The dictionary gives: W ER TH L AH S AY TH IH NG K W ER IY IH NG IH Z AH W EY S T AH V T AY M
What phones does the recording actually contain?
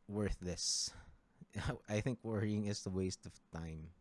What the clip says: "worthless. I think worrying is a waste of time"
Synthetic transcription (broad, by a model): W ER TH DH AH S AY TH IH NG K W ER IY IH NG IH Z AH W EY S T AH V T AY M